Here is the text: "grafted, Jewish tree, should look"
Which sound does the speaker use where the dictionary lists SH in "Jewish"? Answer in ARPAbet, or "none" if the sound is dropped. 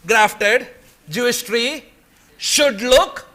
S